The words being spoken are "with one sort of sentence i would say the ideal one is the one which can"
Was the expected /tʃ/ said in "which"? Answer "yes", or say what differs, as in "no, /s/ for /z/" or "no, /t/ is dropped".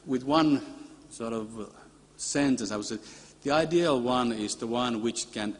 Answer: yes